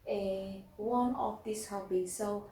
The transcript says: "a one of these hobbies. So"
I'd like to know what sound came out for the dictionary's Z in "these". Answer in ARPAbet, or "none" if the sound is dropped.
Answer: S